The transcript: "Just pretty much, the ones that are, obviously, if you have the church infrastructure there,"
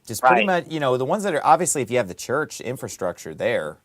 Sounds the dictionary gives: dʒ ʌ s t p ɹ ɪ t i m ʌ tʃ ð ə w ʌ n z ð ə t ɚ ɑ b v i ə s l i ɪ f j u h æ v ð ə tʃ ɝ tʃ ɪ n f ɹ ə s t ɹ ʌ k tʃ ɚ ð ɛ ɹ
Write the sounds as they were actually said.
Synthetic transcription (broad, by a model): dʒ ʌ s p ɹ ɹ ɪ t i m ʌ tʃ ð ə w ʌ n z ð ə t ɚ ɑ b v i ə s l i ɪ f j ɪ v ð ə tʃ ɝ tʃ ɪ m f ɹ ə s t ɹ ʌ k tʃ ɚ ð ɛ ɹ